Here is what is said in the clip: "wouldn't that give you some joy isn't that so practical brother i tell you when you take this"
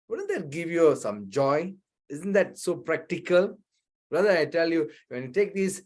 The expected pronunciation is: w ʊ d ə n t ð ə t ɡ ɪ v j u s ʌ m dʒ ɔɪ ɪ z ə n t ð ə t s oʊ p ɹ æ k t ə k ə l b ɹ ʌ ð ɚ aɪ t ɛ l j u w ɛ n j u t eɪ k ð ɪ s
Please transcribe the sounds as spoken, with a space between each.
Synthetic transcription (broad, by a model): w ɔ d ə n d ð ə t ɡ ɪ v j u s ʌ m dʒ ɔɪ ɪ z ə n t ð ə t s oʊ p ɹ æ k t ə k ə l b ɹ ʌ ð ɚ aɪ t ɛ l j u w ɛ n j u t eɪ k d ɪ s